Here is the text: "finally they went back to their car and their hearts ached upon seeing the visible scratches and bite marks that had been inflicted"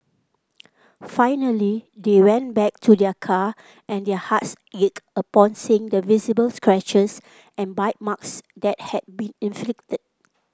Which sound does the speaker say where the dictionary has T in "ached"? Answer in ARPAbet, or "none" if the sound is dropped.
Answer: none